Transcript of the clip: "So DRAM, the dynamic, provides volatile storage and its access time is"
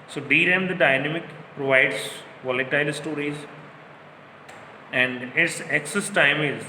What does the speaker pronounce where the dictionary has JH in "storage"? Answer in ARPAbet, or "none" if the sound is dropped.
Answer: Z